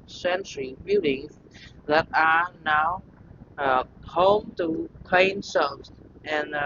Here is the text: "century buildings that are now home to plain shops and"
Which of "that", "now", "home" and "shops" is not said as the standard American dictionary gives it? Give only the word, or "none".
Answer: shops